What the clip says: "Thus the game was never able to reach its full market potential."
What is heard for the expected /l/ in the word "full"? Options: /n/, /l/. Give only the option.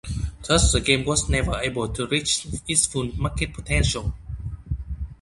/n/